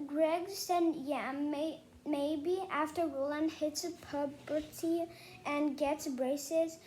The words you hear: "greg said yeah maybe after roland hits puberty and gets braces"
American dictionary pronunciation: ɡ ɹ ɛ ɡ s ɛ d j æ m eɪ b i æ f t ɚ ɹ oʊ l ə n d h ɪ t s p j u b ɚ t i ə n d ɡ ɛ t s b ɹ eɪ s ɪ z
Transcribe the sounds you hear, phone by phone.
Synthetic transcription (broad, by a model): ɡ ɹ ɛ ɡ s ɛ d j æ m eɪ b i æ f t ɚ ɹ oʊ l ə n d h ɪ t s p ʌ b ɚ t i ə n ɡ ɛ t s b ɹ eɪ s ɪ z